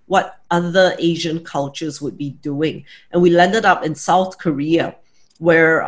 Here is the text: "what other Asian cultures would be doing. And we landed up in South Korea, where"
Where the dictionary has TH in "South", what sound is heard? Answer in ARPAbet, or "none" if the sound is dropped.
TH